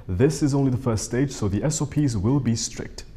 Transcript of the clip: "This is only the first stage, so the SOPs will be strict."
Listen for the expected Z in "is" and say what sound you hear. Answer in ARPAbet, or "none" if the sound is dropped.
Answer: Z